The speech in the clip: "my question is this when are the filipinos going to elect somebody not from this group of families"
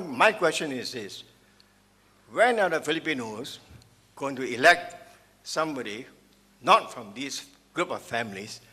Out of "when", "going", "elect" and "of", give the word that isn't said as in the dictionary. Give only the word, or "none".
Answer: of